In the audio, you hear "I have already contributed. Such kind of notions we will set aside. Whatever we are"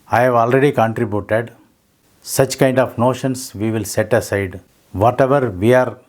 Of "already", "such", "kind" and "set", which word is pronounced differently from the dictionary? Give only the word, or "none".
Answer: none